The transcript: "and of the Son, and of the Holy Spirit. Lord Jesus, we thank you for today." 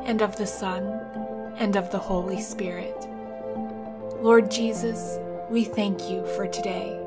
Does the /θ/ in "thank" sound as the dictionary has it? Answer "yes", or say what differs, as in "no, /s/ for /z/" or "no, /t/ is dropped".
yes